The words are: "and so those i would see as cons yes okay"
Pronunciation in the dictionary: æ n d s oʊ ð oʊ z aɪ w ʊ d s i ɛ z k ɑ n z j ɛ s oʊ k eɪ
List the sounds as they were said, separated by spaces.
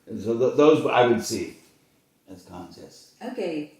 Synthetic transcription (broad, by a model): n s oʊ ð oʊ z aɪ w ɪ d s i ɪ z k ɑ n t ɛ s oʊ k eɪ